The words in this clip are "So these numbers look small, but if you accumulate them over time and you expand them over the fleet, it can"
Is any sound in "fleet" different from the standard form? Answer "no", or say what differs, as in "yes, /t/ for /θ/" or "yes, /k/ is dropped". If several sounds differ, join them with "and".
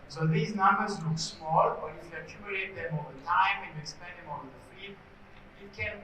yes, /l/ is dropped